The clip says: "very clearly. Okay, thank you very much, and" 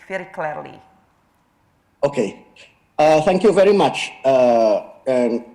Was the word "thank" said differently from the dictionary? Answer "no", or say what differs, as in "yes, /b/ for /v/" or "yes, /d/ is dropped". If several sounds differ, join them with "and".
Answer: no